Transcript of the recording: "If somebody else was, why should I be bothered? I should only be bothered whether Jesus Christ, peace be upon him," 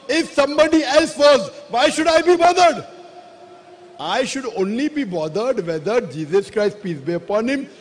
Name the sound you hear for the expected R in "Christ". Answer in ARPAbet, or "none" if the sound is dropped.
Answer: R